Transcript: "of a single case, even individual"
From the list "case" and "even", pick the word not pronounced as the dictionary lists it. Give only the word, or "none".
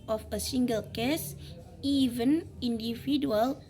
none